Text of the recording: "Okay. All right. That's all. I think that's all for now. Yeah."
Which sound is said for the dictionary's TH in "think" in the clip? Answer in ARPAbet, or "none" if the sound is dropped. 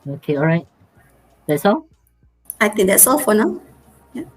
T